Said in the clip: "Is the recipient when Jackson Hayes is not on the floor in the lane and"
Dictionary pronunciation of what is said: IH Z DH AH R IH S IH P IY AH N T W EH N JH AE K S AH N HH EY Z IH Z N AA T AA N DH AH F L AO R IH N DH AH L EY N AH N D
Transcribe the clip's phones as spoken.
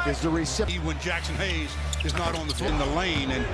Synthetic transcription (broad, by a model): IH Z DH AH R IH S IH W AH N N JH AE K S AH N HH EY Z IH Z N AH T N DH AH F IH N DH AH L EY N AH N